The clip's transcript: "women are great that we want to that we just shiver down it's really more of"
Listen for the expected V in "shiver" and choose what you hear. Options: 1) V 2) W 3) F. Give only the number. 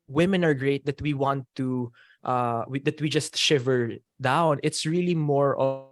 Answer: 1